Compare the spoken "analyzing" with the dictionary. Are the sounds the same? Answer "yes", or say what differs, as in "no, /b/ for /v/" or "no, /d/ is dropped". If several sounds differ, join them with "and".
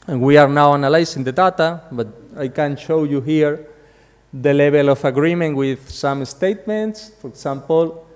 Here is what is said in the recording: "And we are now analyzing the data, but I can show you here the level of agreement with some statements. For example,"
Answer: no, /s/ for /z/